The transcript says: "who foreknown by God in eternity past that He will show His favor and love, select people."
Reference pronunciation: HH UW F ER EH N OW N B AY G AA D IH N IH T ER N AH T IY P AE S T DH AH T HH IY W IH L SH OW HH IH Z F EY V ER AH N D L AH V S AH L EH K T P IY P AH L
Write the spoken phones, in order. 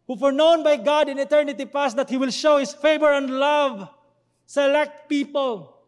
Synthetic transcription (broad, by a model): HH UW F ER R N OW N B AY G AA D IH N IH T ER N AH T IY P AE S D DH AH T HH IY W IH L SH OW HH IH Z F EY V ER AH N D L AH V S AH L EH K T P IY P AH L